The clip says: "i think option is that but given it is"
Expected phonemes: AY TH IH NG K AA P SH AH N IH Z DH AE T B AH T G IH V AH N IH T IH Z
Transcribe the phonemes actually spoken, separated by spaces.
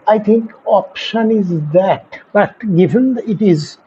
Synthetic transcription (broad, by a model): AY T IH NG K AA P SH AH N IH Z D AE T B AH T G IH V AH N IH T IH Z